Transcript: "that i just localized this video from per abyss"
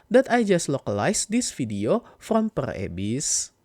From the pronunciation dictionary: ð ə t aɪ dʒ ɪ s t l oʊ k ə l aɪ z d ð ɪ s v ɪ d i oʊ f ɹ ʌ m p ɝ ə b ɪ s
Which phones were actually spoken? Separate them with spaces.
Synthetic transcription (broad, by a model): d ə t aɪ dʒ ɪ s t l oʊ k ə l aɪ s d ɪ s f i d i oʊ f ɹ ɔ m p ɝ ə b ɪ s